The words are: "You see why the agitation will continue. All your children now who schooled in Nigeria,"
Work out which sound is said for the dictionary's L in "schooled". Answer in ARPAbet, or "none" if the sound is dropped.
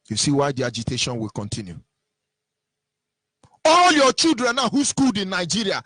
L